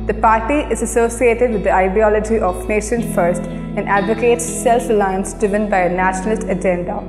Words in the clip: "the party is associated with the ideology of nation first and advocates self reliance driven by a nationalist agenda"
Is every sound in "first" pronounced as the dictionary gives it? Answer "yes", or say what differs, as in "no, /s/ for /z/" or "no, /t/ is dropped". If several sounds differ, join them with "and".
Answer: yes